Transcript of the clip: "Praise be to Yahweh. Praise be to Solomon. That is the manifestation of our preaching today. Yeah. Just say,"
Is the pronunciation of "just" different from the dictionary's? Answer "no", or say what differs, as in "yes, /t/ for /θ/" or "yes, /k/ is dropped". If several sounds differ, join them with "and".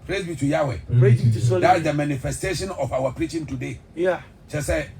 yes, /tʃ/ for /dʒ/